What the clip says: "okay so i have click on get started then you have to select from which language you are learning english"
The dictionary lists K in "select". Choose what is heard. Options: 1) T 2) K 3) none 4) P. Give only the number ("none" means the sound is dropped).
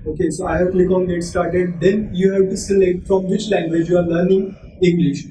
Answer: 3